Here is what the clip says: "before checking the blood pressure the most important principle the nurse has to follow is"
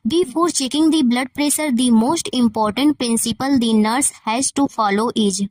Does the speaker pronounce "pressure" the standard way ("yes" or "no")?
no